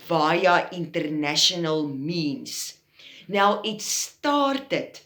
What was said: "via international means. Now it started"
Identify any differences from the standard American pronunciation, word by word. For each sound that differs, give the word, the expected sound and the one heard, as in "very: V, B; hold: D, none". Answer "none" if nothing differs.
means: Z, S